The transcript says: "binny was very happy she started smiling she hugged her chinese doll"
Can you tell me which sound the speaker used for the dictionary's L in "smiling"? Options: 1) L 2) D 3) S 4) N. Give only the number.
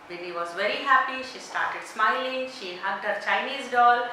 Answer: 1